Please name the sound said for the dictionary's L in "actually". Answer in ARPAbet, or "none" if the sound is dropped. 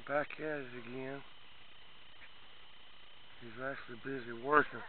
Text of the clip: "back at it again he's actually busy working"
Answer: L